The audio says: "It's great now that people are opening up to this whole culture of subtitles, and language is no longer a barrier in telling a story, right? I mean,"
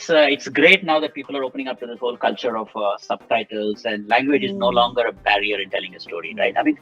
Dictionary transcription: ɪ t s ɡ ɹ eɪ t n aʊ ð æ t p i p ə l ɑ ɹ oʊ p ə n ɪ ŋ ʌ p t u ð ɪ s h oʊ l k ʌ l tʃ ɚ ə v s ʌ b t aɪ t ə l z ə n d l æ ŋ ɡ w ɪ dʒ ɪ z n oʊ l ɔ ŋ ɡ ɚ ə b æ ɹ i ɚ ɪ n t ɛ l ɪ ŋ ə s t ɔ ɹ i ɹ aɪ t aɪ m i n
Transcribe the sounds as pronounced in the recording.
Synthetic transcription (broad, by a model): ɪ t s ɡ ɹ eɪ t n aʊ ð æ t p i p ə l ɑ ɹ oʊ p ə n ɪ ŋ ʌ p t u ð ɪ s h oʊ l k ʌ l tʃ ɚ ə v s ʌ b t aɪ t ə l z ə n d l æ ŋ ɡ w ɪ dʒ ɪ z n oʊ l ɔ ŋ ɡ ɚ ə b æ ɹ i ɚ ɪ n t ɛ l ɪ ŋ ə s t ɔ ɹ i ɹ aɪ t aɪ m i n